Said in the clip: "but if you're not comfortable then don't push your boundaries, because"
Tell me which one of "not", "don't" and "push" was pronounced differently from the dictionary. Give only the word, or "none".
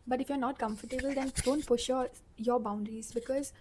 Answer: push